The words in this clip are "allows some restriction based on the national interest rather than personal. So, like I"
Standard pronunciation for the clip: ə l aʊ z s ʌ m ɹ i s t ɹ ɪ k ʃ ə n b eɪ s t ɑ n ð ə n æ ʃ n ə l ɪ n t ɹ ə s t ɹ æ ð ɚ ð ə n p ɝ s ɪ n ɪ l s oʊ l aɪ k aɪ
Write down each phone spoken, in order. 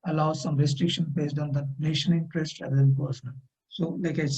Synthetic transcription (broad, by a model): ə l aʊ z s ʌ m ɹ i s t ɹ ɪ k ʃ ə n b eɪ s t ɑ n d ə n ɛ ʃ ə n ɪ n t ɹ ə s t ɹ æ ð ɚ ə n p ɝ s ɪ n ɪ l s oʊ l aɪ k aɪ